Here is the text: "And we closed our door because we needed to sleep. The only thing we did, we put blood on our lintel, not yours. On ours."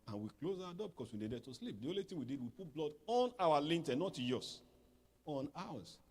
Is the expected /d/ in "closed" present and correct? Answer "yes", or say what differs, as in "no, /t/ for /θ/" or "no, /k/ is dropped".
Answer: no, /d/ is dropped